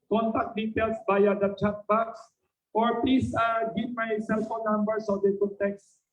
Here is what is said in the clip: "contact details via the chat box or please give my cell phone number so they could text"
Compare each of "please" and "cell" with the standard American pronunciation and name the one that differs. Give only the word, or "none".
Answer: please